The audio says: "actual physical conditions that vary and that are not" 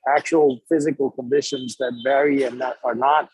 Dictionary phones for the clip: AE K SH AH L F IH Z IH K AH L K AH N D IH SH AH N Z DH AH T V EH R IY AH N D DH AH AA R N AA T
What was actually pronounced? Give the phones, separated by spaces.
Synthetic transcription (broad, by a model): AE K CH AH L F IH Z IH K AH L K AH N D IH SH AH N Z DH AH T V EH R IY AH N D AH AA R N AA T